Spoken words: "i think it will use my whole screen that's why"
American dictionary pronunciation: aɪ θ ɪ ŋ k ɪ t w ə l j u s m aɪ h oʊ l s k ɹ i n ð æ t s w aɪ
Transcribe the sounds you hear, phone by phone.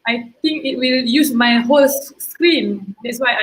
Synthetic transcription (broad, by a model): aɪ t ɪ ŋ k ɪ t w ə l j u s m aɪ h oʊ l s k ɹ i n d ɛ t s w aɪ